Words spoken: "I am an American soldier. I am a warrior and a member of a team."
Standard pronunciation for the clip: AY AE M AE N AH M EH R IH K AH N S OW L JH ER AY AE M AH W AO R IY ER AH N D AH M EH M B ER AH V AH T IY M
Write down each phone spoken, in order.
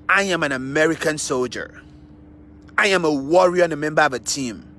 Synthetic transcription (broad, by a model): AY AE M AE N AH M EH R IH K AH N S OW L JH ER AY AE M AH W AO R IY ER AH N AH M EH M B ER AH V AH T IY M